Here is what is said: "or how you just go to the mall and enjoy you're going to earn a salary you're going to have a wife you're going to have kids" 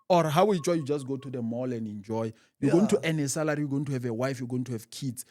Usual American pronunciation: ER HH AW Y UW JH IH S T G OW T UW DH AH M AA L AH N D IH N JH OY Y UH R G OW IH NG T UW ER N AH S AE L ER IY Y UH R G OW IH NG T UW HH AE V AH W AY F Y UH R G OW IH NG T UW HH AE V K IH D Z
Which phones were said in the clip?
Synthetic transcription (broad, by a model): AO HH AW Y UW JH IH S T G OW T UW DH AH M AA L AH N D IH N JH OY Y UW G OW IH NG T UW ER N AH S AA L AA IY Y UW G OW IH NG T UW HH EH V AH W AY F Y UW G OW IH NG T UW HH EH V K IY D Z